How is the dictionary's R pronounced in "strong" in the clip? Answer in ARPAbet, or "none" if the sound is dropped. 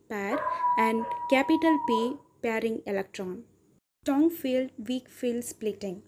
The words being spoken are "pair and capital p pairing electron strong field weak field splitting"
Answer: none